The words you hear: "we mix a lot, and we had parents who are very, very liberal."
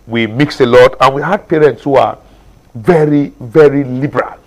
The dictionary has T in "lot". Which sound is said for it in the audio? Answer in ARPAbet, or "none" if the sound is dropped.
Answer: T